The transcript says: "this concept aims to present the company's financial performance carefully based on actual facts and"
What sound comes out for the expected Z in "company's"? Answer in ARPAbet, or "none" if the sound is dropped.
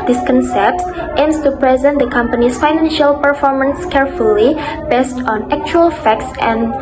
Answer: S